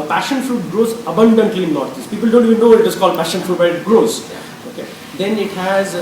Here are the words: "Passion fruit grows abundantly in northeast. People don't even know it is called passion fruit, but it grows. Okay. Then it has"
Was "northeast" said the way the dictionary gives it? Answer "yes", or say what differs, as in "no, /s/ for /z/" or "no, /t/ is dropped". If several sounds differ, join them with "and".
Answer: no, /t/ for /θ/